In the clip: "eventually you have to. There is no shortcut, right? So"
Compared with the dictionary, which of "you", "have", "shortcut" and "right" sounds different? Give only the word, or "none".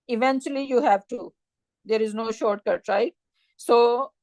none